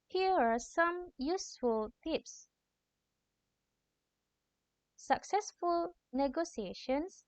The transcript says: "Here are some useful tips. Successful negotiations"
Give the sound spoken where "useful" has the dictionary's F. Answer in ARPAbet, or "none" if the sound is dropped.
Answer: F